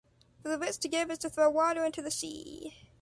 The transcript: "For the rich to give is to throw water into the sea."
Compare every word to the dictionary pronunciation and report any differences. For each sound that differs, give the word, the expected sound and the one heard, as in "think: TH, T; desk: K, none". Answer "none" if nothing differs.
rich: R, W; rich: CH, S